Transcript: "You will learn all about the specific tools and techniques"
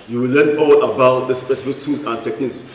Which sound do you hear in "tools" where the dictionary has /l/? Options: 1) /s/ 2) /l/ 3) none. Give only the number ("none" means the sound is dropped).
3